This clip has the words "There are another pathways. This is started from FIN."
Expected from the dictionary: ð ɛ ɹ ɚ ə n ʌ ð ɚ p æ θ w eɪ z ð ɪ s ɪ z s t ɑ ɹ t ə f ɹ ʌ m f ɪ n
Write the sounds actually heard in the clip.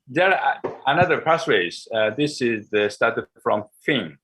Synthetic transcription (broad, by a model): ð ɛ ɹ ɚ ə n ʌ ð ɚ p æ s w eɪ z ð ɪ s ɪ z s t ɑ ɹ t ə f ɹ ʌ m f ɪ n